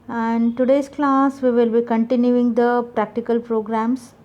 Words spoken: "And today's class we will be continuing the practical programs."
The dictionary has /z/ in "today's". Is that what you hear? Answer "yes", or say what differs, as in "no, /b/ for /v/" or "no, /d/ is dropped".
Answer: no, /s/ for /z/